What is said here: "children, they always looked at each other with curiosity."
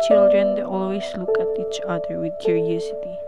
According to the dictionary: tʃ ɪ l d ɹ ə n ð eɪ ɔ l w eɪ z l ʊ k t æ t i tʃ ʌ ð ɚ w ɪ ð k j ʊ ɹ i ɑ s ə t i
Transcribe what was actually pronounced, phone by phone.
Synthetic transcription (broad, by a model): tʃ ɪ l d ɹ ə n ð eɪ ɔ l w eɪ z l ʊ k æ t i tʃ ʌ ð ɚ w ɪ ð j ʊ ɹ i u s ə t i